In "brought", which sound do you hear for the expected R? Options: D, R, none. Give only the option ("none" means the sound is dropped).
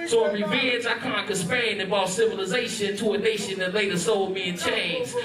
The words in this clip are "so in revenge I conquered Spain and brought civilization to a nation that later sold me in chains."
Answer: none